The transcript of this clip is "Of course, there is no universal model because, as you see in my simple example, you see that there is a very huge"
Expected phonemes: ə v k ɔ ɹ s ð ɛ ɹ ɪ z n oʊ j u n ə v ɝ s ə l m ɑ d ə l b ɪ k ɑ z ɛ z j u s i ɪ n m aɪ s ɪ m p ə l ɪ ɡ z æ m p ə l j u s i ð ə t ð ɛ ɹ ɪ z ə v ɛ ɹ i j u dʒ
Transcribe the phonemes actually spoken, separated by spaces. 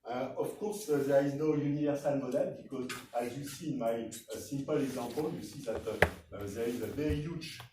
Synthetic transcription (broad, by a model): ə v k ɔ ɹ s ð ɛ ɹ ɪ z n oʊ j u n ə v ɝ s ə l m ɑ d ə l b ɪ k ɑ z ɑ z j u s i n m aɪ s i m p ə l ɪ ɡ z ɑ p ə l j u s i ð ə t ð ɛ ɹ ɪ z ə v ɛ ɹ i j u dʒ